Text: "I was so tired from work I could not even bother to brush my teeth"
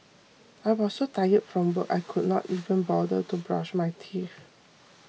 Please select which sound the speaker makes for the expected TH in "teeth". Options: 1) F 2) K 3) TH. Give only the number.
1